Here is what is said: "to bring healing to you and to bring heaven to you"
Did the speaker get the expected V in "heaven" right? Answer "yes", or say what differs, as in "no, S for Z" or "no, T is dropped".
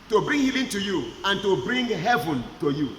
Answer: yes